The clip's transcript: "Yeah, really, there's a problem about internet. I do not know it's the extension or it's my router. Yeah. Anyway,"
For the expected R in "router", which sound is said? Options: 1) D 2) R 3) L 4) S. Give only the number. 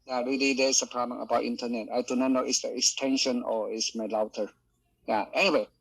3